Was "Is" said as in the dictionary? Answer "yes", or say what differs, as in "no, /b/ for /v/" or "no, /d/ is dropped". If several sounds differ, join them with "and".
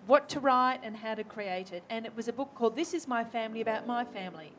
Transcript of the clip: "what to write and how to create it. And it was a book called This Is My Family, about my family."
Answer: yes